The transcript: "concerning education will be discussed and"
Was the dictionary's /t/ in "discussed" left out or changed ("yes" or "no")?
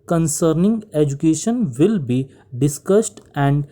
no